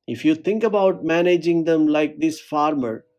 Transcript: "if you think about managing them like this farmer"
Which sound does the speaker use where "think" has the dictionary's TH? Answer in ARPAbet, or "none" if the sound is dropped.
T